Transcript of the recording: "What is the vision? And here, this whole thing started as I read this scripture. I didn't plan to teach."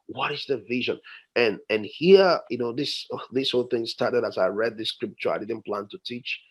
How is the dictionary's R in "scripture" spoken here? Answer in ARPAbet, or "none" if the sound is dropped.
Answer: R